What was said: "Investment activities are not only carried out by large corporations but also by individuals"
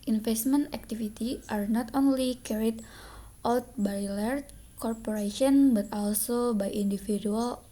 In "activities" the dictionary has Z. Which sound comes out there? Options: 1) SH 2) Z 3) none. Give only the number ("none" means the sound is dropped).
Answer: 3